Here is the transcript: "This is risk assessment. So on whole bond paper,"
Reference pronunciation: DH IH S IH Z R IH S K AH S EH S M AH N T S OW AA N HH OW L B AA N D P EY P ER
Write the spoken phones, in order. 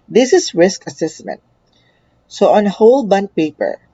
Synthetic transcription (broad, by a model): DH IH S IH S R IH S K AH S EH S M AH N T S OW AA N HH OW L B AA N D P EY P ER